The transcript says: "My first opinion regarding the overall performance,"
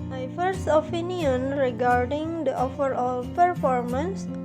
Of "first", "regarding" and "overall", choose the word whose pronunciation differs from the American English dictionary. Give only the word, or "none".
overall